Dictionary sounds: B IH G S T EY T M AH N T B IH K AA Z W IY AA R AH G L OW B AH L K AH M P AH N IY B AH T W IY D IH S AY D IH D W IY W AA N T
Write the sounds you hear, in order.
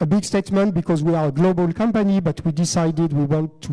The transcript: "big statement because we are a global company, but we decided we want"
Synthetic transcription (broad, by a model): B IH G S T EY T M AH N T B IH K AA Z W IY AA R AH G L OW B AH L K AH M P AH N IY B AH T W IY D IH S AY D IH D W IY W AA N T